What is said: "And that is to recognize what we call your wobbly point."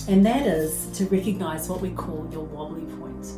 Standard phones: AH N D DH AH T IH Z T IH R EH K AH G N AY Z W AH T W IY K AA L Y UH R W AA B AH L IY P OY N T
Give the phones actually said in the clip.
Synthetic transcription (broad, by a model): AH N DH AH T IH Z T IH R EH K AH G N AY Z W AH T W IY K AA L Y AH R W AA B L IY P OY N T